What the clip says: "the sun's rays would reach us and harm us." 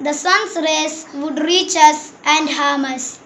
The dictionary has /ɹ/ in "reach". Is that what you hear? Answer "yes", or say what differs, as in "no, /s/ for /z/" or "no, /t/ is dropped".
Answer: yes